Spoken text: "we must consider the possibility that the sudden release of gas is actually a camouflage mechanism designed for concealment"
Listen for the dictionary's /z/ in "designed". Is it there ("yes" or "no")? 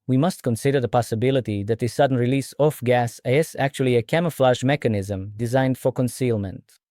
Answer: yes